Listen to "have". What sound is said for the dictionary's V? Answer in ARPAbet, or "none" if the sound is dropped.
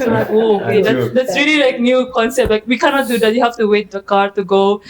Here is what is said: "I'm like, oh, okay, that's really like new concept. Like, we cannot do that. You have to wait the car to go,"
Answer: F